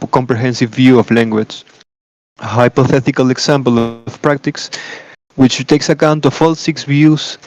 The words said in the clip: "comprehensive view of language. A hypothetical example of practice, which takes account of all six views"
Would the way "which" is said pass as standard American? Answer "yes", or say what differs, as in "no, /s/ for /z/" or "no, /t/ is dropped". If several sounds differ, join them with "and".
yes